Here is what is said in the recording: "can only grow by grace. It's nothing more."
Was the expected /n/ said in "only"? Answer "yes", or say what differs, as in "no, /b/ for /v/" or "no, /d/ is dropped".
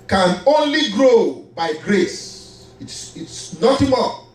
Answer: yes